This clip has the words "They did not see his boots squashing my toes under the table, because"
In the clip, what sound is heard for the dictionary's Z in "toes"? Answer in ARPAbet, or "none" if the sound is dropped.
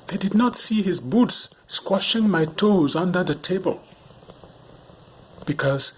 Z